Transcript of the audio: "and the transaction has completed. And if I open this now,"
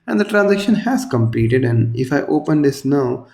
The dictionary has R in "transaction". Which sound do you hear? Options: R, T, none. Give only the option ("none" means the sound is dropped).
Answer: R